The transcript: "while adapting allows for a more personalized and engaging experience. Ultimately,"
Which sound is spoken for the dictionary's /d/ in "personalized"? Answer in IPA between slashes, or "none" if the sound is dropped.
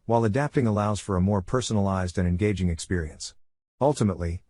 /d/